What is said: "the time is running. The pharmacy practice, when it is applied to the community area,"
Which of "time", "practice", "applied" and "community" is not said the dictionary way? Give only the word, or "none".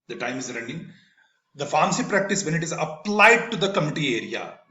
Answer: community